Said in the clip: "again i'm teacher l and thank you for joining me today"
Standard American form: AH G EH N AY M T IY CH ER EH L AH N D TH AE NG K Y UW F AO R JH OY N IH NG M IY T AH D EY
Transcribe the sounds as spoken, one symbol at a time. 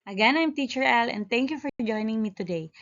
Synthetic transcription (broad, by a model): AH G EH N AY M T IY CH ER EH L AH N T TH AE NG K Y UW F AO R JH OY N IH NG M IY T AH D EY